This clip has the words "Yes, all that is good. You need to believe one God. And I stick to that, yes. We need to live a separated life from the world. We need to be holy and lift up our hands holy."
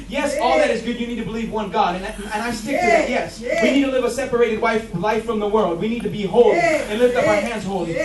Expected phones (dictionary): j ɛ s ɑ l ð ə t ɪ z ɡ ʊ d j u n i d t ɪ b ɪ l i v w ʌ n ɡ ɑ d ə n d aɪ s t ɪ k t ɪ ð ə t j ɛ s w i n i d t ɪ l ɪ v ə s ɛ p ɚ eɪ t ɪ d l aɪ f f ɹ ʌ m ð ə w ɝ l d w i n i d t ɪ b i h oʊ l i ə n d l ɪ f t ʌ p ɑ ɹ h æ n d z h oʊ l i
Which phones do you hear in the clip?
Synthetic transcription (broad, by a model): j ɛ s ɑ l ð ə t ɪ z ɡ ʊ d j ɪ n i d t ɪ b ɪ l i v w ʌ n ɡ ɑ d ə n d aɪ s t ɪ k t ɪ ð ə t j ɛ s w i n i d t ɪ l ɪ v ə s ɛ p ɚ eɪ t ɪ d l aɪ f f ɹ ʌ m ð ə w ɝ l d w i n i d t ɪ b i h oʊ l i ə n l ɪ f t ʌ p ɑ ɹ h æ n d z h oʊ l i